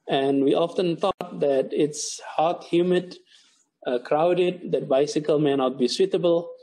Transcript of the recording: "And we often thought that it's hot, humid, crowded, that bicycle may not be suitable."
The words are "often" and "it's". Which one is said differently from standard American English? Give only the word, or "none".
none